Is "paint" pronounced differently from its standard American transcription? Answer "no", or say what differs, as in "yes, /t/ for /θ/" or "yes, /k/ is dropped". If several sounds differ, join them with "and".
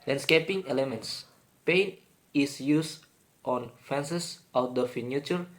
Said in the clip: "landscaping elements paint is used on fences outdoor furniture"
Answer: yes, /t/ is dropped